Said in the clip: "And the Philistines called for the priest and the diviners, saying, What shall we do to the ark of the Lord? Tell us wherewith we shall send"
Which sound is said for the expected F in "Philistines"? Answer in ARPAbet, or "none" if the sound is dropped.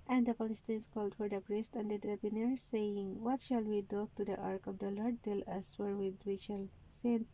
P